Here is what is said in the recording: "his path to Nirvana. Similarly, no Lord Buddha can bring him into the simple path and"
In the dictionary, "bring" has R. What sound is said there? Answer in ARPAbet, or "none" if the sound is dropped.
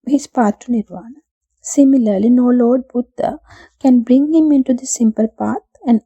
R